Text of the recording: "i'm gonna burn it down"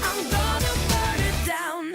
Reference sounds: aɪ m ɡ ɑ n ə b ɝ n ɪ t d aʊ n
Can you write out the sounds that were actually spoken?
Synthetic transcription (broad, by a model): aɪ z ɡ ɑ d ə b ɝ ɪ t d aʊ n